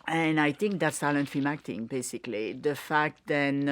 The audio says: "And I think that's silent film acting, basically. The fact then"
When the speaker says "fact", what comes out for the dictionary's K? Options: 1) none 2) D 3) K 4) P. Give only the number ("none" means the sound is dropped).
3